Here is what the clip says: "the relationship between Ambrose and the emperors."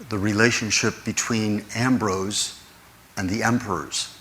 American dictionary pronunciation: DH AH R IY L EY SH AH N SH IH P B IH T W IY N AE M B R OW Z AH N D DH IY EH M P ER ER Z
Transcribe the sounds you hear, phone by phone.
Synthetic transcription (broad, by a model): DH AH R IY L EY SH AH N SH IH P B IH T W IY N AE M B R OW Z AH N DH IY EH M P ER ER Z